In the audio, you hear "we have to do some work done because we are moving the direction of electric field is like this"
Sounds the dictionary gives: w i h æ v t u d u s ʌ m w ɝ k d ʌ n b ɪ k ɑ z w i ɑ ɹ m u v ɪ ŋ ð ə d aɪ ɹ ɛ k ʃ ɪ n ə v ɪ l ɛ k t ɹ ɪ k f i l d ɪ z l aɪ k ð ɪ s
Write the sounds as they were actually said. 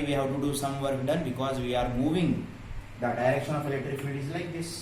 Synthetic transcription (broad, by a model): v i h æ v t u d u s ʌ m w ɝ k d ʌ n b ɪ k ɑ z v i ɑ ɹ m u v ɪ ŋ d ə d aɪ ɹ ɛ k ʃ ɪ n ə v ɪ l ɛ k t ɹ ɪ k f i d ɪ z l aɪ k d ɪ s